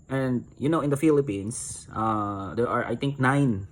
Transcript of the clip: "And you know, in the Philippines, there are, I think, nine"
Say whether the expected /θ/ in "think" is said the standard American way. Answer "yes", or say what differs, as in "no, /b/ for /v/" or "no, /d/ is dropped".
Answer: no, /t/ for /θ/